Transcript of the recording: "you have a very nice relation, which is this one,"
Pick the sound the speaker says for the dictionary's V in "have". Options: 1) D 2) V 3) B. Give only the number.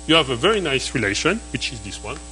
2